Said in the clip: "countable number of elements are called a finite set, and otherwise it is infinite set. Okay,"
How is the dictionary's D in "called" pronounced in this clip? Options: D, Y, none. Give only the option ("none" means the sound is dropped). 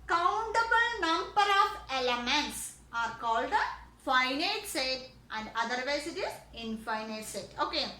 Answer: D